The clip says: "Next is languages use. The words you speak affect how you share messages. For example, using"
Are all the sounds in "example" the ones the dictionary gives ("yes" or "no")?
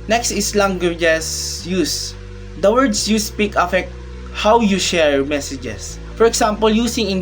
no